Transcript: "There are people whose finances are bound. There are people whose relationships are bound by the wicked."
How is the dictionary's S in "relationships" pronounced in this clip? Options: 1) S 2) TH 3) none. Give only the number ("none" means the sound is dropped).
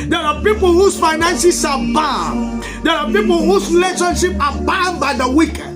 3